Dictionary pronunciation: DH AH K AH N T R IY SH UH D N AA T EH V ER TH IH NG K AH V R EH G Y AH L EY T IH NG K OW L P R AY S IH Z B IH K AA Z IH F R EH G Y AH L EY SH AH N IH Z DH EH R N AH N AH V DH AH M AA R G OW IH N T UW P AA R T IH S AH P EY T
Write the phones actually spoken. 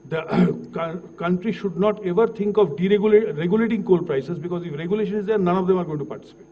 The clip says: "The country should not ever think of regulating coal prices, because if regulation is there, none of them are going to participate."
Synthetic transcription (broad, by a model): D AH K AH N T R IY SH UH D N AA T EH V ER T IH NG K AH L R EH G Y AH L EY T IH NG K OW L P R AY S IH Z B IH K AA Z IH F R EH G Y AH L EY SH AH N IH Z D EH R N AH N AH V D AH M AA R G OW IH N T UW P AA R T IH S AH P EY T